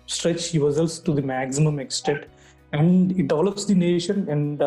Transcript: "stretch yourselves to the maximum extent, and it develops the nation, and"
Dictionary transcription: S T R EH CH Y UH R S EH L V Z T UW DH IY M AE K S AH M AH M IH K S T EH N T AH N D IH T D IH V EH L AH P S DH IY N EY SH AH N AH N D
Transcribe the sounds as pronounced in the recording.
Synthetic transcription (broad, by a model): S T R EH CH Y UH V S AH L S T UW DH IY M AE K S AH M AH M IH K S T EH T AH N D IH T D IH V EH L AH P S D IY N EY SH AH N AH N D